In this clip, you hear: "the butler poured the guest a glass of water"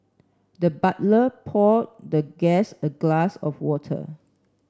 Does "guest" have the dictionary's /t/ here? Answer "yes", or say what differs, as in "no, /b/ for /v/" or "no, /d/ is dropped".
no, /t/ is dropped